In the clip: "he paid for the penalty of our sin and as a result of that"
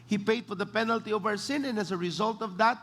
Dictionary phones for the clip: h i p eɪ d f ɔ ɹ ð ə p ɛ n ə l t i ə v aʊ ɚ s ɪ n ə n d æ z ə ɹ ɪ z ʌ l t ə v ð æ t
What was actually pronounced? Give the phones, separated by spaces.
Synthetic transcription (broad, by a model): h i p eɪ d f ɔ ɹ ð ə p ɛ n ə l t i ə v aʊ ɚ s ɪ n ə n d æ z ə ɹ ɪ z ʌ l t ə v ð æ t